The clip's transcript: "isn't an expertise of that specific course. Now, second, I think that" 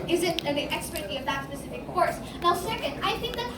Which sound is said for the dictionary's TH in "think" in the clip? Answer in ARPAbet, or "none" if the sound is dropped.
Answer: TH